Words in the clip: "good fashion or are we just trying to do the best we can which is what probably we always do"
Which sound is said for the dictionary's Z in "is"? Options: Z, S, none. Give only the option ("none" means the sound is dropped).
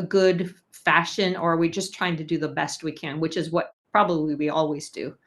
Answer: Z